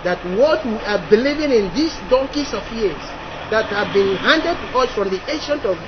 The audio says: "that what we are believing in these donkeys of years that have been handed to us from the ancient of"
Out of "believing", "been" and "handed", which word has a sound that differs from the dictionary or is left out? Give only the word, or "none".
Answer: none